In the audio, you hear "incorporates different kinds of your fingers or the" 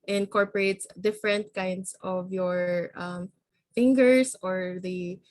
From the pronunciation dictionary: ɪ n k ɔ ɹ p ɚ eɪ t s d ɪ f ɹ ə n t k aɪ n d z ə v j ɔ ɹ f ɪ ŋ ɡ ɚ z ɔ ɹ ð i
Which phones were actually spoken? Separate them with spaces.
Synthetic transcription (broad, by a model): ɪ n k ɔ ɹ p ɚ eɪ t s d ɪ f ɹ ə n t k aɪ n d s ə v j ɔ ɹ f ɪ ŋ ɡ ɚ s ɔ ɹ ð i